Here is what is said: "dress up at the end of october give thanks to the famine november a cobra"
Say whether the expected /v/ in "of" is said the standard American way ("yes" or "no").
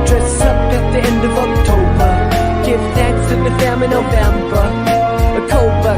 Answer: yes